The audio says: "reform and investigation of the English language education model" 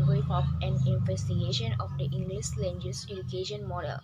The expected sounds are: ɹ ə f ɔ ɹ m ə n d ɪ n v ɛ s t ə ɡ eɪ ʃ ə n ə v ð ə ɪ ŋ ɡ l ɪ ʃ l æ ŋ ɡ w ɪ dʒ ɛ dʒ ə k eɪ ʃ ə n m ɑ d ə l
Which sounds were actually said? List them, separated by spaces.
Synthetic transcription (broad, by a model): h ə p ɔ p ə n ɪ n v ɛ s t ə ɡ eɪ ʃ ə n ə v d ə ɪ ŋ ɡ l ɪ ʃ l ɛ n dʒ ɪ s ɛ dʒ ə k eɪ ʃ ə n m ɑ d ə l